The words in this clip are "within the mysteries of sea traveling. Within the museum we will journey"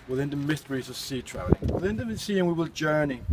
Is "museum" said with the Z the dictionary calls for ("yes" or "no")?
no